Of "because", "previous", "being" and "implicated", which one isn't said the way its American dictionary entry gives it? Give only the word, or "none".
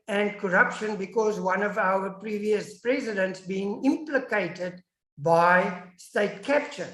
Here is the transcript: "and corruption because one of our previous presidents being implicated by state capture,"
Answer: none